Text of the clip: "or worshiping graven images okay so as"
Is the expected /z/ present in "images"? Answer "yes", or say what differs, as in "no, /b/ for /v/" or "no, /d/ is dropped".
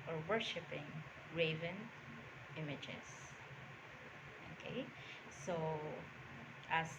no, /s/ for /z/